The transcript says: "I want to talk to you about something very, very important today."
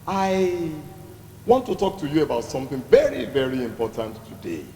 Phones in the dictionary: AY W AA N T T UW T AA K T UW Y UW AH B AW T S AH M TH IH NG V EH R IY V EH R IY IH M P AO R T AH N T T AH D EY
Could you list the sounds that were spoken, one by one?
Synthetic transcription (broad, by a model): AY W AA N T T UW T AA K T UW Y UW AH B AW T S AH M TH IH NG V EH R IY V EH R IY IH M P AO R T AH N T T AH D EY